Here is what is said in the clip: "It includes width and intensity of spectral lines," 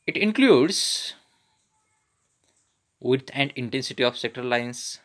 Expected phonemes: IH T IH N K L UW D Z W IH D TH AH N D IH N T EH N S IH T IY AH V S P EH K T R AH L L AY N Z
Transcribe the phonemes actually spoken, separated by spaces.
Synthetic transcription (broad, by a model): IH T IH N K L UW D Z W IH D AH N D IH N T EH N S IH T IY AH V S EH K T R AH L L AY N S